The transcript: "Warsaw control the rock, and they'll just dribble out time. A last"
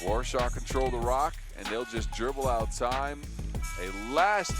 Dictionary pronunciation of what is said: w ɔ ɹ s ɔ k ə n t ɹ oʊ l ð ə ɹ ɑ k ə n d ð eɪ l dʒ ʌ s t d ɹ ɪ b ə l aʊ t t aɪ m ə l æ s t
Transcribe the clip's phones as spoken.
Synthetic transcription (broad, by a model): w ɔ ɹ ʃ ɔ k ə n t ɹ oʊ l ð ə ɹ ɑ k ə n ð eɪ l dʒ ʌ s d ɹ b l aʊ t t aɪ m ə l æ s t